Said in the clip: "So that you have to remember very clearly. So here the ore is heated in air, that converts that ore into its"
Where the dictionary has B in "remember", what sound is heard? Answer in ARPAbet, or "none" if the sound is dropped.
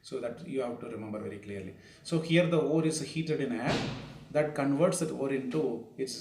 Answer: B